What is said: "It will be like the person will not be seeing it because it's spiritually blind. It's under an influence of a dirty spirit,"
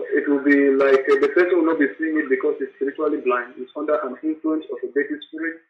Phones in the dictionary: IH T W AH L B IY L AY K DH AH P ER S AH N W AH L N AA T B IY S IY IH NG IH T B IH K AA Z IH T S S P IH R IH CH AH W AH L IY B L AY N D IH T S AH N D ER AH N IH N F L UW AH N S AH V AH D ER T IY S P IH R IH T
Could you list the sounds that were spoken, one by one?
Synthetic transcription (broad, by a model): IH T W AH L B IY L AY K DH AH P ER S AH N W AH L N AA T B IY S IY IH NG IH T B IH K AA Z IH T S S P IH R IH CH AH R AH L IY B L AY N D IH T S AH N D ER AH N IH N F L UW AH N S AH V AH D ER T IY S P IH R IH